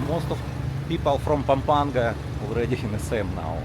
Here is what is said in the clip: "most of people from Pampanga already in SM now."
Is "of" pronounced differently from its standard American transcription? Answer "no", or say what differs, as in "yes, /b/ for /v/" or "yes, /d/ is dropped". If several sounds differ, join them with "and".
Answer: yes, /f/ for /v/